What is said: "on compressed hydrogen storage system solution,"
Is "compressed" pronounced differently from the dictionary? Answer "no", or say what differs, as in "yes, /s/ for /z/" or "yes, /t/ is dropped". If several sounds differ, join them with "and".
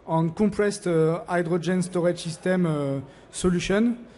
yes, /m/ is dropped